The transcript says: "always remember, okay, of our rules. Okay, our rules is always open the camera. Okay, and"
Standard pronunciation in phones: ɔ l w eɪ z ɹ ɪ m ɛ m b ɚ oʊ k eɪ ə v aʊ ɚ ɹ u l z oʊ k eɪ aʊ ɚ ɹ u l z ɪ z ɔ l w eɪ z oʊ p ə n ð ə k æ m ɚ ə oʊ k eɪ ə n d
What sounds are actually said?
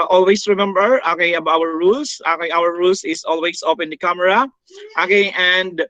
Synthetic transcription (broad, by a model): ɔ l w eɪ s ɹ ɪ m ɛ m b ɚ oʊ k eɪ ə b aʊ ɚ ɹ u l s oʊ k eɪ aʊ ɚ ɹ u l s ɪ s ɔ l w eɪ s oʊ p ə n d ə k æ m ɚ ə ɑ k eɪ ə n d